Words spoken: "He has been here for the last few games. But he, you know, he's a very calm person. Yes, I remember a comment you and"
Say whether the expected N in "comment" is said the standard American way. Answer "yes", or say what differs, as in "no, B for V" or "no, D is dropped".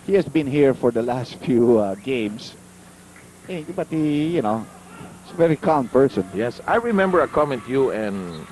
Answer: yes